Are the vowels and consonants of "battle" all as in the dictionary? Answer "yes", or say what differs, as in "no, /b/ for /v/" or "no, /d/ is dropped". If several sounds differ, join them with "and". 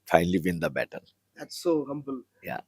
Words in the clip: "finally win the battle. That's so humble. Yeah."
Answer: no, /n/ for /l/